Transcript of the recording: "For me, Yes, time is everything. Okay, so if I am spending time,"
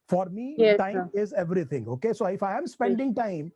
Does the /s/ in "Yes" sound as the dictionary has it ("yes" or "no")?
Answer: no